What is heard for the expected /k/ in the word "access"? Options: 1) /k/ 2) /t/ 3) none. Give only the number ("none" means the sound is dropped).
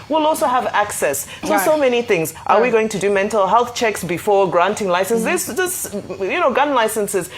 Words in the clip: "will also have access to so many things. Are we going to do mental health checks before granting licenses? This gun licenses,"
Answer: 1